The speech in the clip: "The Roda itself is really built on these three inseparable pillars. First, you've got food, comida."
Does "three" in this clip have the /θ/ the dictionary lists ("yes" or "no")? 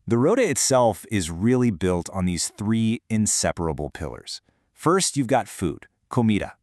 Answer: yes